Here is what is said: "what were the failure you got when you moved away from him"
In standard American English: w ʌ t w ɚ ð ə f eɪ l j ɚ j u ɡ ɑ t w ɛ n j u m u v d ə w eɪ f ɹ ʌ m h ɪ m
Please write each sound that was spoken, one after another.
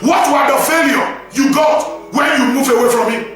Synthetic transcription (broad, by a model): w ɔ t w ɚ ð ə f eɪ l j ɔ j u ɡ ɑ t w ɛ n j u m u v ə w eɪ f ɹ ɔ m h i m